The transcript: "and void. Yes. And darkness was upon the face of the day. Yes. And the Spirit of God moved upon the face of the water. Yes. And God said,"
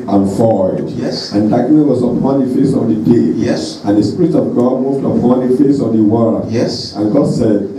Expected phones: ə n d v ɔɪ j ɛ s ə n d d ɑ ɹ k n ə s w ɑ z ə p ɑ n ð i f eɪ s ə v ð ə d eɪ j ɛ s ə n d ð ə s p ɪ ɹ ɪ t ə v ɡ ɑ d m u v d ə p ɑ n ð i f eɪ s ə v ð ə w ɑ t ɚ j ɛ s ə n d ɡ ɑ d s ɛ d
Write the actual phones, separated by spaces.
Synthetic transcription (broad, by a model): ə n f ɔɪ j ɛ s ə n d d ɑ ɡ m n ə w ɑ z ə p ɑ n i f eɪ s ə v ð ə d eɪ j ɛ s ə n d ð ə s p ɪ ɹ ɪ t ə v ɡ ɑ d m u v d ə p ɑ n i f eɪ s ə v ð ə w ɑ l j ɛ s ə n ɡ ɑ d s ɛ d